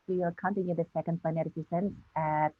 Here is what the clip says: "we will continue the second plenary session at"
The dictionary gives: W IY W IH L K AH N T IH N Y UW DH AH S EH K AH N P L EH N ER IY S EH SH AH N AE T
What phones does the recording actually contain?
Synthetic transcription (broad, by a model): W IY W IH L K AH N T IH N Y UW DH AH S EH K AH N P EH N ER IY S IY S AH N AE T